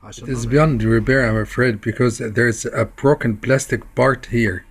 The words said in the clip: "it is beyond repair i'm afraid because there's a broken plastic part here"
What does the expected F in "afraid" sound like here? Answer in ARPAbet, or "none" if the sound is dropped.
F